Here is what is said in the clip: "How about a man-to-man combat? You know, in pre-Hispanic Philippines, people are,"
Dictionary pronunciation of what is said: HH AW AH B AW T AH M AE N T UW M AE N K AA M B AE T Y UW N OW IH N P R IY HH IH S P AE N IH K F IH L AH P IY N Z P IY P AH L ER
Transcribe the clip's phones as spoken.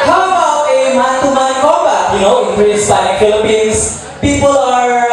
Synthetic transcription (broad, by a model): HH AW AH B AW T AH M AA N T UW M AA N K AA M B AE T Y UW N OW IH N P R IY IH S B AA IH F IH L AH P IY N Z P IY P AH L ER